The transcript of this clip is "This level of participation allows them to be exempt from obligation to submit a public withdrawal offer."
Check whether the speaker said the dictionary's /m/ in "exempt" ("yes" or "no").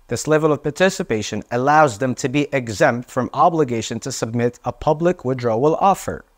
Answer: yes